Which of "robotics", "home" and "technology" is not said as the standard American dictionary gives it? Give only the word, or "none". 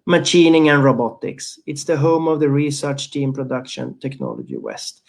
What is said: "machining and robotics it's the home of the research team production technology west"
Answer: none